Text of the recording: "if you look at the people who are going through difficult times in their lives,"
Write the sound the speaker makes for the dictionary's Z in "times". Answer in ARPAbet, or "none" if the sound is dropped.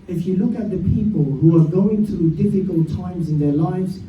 Z